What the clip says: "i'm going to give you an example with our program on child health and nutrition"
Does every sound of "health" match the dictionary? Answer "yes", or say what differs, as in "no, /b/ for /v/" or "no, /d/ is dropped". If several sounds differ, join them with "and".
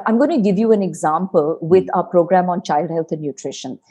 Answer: no, /t/ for /θ/